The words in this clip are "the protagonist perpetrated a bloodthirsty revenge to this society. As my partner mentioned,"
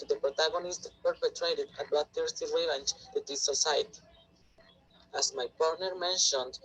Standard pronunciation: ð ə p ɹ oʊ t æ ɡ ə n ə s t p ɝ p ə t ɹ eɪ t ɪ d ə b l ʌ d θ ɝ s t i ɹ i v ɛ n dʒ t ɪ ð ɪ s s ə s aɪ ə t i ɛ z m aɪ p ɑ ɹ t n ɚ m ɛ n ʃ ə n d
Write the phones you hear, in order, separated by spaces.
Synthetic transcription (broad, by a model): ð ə p ɹ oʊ t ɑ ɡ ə n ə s t p ɝ p ə t ɹ eɪ t ɪ d ə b ɑ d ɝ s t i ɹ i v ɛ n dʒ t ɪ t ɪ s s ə s aɪ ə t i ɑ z m aɪ p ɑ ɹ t n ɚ m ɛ n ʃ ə n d